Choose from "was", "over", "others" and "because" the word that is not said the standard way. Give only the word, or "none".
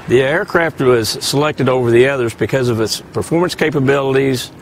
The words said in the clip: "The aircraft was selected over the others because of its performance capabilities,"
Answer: none